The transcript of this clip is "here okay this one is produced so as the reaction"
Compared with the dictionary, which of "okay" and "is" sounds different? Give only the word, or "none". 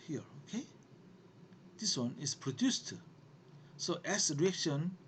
is